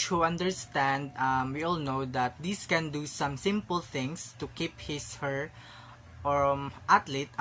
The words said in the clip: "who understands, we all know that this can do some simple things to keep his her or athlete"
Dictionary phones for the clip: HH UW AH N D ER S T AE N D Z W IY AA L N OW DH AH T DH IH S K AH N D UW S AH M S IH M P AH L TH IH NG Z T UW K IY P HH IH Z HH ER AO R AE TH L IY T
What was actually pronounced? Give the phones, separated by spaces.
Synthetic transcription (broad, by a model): HH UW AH N D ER S T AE N D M W IY AA L N OW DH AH T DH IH S K AH N D UW S AH M S IH M P AH L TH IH NG S T UW K IY P HH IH S HH ER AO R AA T L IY T